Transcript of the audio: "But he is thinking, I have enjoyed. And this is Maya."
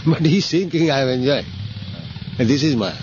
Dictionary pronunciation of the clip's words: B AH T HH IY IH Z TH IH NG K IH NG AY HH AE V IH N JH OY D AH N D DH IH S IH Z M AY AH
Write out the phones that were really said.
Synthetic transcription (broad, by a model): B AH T HH IY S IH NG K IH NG AY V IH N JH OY AH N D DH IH S IH Z M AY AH